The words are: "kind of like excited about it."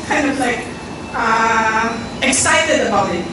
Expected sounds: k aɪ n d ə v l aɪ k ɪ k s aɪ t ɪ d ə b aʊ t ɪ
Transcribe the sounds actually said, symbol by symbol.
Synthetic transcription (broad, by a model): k aɪ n d ə v l aɪ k ɪ k s aɪ t ɪ d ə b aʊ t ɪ